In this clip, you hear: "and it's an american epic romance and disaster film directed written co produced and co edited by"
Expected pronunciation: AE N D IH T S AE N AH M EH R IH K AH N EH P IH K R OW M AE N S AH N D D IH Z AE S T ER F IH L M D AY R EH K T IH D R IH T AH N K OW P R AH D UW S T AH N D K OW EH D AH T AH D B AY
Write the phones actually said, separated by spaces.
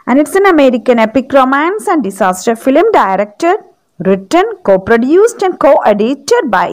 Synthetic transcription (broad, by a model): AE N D IH T S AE N AH M EH R IH K AH N EH P IH K R OW M AE N S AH N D D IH S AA S T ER F IH L M D AY R EH K T IH D R IH T AH N K OW P R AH D UW S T AH N D K OW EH D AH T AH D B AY